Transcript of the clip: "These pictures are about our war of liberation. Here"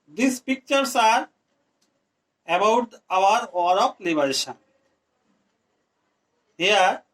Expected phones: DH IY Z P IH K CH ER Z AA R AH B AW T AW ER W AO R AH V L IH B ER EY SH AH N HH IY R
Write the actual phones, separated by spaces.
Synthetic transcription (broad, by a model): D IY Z P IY K CH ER S AA R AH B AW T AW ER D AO R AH P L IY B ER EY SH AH N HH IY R